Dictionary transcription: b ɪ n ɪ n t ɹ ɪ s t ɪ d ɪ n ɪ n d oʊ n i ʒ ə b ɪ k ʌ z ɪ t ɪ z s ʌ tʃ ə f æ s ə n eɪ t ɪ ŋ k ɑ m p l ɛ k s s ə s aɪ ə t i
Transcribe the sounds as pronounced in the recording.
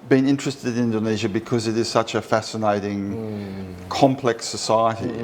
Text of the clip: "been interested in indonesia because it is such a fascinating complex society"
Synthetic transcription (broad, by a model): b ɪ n ɪ n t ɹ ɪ s t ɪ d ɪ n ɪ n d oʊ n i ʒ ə b ɪ k ʌ z ɪ t ɪ z s ʌ tʃ ə f æ s ə n eɪ t ɪ ŋ k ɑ m p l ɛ k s s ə s aɪ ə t i